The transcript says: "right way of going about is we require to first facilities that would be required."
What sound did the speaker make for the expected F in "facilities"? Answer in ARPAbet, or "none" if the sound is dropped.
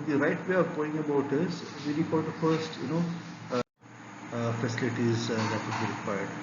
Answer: F